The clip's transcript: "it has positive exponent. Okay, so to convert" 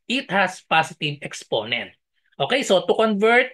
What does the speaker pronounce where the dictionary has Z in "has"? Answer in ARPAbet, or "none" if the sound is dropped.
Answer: S